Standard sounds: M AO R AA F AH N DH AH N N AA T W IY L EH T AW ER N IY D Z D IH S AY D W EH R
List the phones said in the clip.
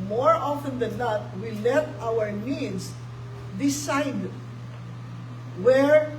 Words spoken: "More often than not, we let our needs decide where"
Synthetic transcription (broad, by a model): M AO R AA F AH N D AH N N AA T W IY L EH T AW ER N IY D S D IH S AY D W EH R